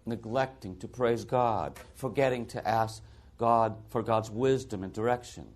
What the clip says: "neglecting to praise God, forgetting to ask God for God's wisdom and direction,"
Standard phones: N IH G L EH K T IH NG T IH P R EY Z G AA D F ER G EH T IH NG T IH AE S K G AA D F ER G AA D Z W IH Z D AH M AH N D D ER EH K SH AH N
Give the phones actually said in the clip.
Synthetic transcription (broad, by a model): N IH G L EH K T IH NG T IH P R EY Z G AA D F ER G EH T IH NG T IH AE S K G AA D F ER G AA D Z W IH Z D AH M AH N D D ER EH K SH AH N